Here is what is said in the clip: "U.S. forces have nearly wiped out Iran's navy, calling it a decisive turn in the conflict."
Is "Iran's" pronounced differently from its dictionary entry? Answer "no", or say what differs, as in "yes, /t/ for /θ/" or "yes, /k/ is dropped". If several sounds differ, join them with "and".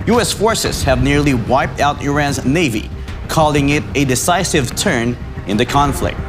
no